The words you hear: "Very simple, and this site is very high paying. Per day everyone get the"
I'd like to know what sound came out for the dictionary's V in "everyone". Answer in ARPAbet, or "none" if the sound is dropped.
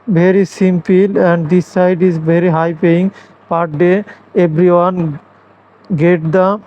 B